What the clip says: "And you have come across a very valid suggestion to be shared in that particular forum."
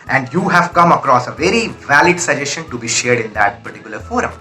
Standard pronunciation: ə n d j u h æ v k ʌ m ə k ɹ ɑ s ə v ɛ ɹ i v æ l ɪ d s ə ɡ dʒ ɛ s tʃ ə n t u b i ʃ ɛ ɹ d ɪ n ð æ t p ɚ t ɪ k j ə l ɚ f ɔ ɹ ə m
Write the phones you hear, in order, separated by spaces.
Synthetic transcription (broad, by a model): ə n d j u h æ v k ʌ m ə k ɹ ɑ s ə v ɛ ɹ i v æ l ɪ d s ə dʒ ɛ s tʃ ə n t u b i ʃ ɛ ɹ d ɪ n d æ t p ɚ t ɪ k j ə l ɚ f ɔ ɹ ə m